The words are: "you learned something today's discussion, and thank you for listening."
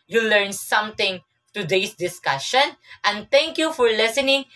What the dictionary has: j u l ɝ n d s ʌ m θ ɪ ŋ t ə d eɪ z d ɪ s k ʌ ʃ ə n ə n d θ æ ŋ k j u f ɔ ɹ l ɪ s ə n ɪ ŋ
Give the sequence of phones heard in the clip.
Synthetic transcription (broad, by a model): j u l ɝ n s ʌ m t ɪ ŋ t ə d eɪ s d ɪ s k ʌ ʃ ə n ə n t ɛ ŋ k j u f ɔ ɹ l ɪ s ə n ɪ ŋ